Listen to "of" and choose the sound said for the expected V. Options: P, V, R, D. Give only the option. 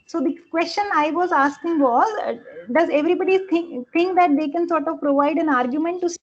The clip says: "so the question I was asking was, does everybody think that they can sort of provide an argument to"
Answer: V